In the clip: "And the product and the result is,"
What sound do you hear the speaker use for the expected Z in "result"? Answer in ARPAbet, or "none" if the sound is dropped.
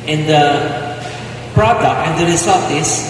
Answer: S